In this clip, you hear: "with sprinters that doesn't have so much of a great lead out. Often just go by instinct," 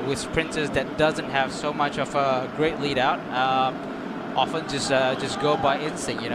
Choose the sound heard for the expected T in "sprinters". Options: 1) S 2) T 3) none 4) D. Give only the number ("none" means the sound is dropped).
1